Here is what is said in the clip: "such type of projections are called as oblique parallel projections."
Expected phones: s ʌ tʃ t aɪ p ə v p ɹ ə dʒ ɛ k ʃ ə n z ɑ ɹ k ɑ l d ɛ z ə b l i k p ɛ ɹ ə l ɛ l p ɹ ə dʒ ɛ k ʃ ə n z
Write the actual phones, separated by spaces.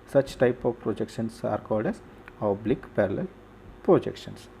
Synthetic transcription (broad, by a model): s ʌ tʃ t aɪ p ə v p ɹ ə dʒ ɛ k ʃ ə n s ɑ ɹ k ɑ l d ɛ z ə b l i k p ɛ ɹ ə l ɛ l p ɹ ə dʒ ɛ k ʃ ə n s